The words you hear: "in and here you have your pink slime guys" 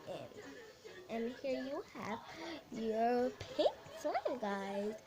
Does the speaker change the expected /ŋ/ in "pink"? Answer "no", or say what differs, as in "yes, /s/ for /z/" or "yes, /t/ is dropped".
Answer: yes, /ŋ/ is dropped